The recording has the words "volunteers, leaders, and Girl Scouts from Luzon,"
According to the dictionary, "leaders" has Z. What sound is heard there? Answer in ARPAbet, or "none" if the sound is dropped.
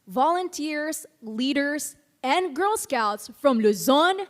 S